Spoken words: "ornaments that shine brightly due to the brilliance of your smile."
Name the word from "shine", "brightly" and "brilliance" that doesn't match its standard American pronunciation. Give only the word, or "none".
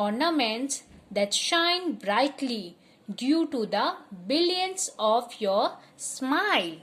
brilliance